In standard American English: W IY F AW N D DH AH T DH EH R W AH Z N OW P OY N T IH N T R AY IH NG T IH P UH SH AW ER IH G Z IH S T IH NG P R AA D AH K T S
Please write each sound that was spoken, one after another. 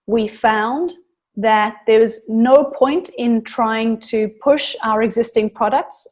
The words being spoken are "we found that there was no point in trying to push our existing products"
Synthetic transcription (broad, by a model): W IY F AW N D DH AH T DH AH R W AH Z N OW P OY N T IH N T R AY IH NG T IH P UH SH AW ER IH G Z IH S T IH NG P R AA D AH K T S